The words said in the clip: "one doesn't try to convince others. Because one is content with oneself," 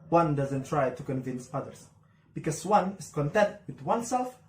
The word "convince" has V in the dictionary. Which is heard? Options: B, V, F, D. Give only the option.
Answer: V